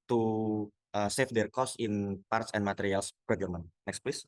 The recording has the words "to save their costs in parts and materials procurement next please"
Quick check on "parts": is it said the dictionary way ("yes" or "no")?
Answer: yes